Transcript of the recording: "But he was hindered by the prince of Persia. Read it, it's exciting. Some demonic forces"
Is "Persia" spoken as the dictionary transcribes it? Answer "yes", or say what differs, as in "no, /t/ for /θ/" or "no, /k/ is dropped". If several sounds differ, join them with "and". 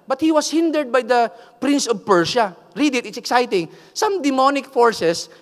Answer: no, /ʃ/ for /ʒ/